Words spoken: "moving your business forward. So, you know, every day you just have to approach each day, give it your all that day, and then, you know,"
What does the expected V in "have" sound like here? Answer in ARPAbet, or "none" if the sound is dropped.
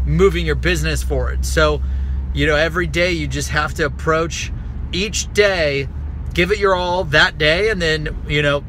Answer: F